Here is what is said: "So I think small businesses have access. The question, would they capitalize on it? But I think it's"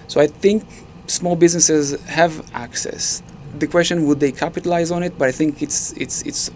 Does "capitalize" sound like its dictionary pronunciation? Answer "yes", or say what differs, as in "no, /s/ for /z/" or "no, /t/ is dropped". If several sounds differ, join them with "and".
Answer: yes